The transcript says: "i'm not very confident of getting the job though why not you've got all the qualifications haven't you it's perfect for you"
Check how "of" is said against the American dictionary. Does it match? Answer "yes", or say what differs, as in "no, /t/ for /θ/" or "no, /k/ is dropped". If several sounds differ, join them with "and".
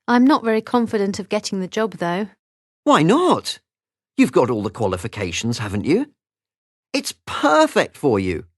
yes